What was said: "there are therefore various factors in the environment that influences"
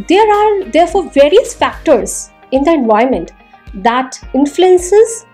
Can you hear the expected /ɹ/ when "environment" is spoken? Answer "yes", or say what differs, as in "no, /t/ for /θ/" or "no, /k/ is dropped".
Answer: no, /ɹ/ is dropped